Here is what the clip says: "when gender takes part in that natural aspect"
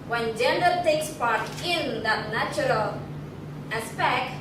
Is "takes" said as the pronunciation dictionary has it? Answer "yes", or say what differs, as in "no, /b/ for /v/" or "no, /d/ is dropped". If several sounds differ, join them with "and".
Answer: yes